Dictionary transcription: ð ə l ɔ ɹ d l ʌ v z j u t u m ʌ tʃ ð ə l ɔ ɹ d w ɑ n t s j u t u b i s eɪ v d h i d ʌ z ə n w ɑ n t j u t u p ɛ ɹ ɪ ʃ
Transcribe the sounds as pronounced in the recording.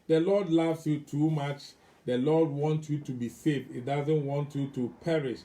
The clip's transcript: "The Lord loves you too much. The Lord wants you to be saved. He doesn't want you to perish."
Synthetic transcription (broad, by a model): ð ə l ɔ d l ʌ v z j u t u m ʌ tʃ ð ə l ɔ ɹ d w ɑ n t j u t u b i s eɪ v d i d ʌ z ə n w ɑ n t j u t u p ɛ ɹ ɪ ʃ